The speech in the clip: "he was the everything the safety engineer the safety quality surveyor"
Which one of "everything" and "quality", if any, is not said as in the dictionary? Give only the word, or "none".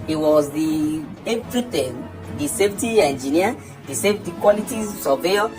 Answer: everything